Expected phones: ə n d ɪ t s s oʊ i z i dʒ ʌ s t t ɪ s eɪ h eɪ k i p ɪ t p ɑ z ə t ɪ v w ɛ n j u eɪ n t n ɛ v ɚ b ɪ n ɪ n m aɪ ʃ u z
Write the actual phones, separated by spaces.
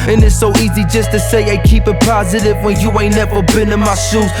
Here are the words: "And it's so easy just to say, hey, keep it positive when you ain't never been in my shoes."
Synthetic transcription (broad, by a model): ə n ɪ t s s oʊ i z i dʒ ʌ s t t ɪ s eɪ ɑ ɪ k i p ɪ t p ɑ z ə t ɪ v w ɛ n j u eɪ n n ɛ v ɚ b ɪ n ɪ n m aɪ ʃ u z